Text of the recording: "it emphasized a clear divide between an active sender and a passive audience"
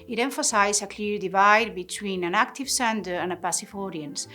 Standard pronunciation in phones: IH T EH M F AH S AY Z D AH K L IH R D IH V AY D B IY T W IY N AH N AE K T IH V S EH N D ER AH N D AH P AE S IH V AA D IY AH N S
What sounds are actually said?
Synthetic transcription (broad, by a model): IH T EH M F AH S AY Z AH K L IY R D IH V AY D B IY T W IY N AH N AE K T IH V S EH N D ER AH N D AH P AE S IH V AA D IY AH N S